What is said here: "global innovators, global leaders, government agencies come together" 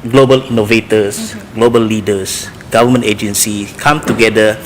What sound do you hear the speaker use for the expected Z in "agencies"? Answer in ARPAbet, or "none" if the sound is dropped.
none